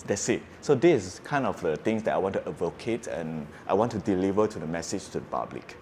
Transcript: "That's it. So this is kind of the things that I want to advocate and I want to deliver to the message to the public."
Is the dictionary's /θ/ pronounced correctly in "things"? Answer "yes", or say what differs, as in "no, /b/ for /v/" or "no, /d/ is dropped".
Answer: no, /t/ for /θ/